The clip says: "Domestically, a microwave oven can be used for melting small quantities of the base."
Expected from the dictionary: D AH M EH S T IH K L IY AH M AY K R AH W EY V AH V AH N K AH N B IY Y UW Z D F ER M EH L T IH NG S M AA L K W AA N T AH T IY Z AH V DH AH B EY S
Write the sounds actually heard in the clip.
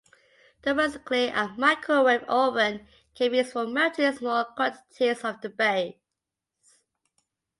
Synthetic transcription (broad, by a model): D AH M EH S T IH K L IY AH M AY K AH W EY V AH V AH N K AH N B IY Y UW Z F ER M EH T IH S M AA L K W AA N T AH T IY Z AH V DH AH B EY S